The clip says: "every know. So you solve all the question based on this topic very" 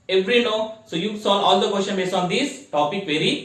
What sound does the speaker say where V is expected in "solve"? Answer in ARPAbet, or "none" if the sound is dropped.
none